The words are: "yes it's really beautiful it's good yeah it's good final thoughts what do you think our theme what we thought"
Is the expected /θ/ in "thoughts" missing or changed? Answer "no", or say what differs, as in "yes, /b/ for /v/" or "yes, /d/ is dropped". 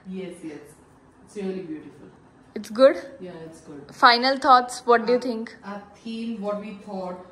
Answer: yes, /t/ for /θ/